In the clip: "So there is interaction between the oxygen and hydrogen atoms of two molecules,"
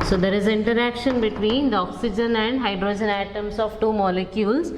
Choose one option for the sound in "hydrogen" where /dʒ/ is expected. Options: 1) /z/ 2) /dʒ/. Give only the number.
2